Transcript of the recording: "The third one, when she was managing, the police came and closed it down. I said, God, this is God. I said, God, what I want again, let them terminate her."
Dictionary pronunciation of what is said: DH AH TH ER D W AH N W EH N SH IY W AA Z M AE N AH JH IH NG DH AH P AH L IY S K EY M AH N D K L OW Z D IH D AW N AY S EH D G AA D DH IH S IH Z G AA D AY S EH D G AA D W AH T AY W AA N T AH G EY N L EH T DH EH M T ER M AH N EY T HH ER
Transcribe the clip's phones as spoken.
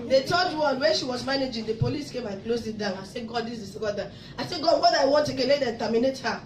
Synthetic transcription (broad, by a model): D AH T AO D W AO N W EH N SH IY W AA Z M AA N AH JH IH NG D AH P AH L IY S K EY M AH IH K L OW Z IH D AW N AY S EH G AA D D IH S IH S G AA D AY S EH G AA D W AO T AY W AA N T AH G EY L EH T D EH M T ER M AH N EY T HH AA